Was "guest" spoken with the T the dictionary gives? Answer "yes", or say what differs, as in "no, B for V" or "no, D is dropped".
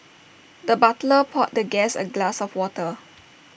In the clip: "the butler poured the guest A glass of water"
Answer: no, T is dropped